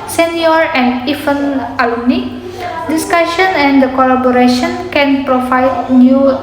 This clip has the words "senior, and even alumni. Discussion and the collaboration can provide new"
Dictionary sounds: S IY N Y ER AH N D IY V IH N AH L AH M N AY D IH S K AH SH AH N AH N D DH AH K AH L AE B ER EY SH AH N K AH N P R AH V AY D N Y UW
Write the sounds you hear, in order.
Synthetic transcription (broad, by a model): S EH N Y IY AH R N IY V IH N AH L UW N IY D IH S K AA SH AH N AH N D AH K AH L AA B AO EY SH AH N K AH N P R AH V AY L N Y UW